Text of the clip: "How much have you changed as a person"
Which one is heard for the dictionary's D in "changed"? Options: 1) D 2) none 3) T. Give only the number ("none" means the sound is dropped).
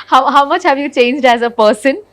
1